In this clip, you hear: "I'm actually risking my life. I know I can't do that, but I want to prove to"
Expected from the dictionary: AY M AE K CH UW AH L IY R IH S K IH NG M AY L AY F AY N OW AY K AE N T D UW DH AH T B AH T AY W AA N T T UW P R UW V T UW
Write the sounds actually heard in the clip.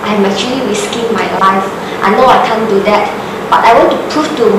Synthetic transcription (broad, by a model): AY M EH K CH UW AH L IY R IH S K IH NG M AY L AY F AY N OW AY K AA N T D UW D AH T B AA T AY W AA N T T UW P R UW F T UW